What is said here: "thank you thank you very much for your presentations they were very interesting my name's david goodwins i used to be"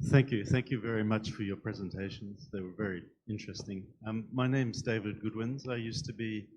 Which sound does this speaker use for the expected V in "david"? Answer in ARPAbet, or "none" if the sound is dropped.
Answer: V